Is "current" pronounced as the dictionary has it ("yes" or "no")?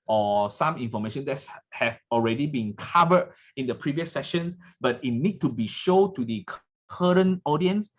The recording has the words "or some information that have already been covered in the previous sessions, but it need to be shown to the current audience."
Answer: no